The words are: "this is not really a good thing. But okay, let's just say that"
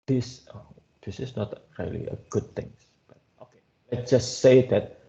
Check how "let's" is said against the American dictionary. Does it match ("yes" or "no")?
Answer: no